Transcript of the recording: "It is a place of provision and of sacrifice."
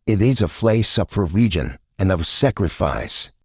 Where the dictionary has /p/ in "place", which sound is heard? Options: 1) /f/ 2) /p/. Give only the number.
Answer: 1